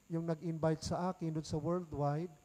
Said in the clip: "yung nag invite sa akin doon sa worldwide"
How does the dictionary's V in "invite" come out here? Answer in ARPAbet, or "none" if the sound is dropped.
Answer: B